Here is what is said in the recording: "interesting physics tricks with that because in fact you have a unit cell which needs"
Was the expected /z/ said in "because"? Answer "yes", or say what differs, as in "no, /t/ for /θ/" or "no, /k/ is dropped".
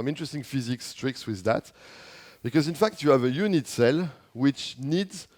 yes